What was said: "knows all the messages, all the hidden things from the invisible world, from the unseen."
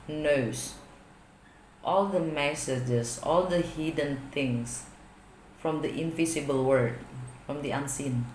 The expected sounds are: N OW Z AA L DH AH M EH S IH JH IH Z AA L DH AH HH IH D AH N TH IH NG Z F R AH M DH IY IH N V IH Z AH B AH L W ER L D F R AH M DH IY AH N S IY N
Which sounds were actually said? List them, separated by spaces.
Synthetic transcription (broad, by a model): N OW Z AA L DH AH M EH S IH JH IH S AA L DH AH HH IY D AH N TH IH NG S F R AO M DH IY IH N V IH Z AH B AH L W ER D F R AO M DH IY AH N S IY N